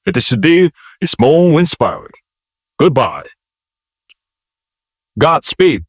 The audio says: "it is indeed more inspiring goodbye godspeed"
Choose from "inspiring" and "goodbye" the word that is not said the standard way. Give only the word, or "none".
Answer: none